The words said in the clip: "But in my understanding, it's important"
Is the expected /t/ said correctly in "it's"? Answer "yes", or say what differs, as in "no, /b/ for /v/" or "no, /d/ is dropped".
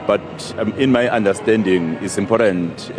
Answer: yes